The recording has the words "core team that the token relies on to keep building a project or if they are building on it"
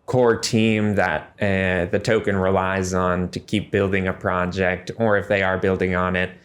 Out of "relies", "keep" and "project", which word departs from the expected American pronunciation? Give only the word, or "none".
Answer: none